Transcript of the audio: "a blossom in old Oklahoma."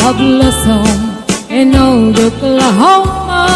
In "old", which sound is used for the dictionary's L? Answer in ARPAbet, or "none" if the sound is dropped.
none